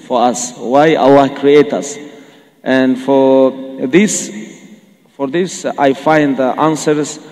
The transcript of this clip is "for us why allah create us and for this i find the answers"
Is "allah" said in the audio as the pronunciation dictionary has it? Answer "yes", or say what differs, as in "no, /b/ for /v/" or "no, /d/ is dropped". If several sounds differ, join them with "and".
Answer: no, /w/ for /l/